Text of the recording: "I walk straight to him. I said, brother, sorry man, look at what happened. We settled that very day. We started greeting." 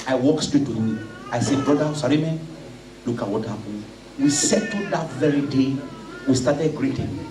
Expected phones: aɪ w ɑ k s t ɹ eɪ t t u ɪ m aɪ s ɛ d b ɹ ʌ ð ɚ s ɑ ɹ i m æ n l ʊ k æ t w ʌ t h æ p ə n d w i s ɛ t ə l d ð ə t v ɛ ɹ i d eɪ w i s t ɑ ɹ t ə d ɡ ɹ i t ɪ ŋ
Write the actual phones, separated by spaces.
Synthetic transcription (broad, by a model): aɪ w ɑ k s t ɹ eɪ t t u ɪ aɪ s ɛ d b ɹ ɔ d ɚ s ɑ ɹ i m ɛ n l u k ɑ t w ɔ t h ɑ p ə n w i s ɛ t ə d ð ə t v ɛ ɹ i d eɪ w i s t ɑ t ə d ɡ ɹ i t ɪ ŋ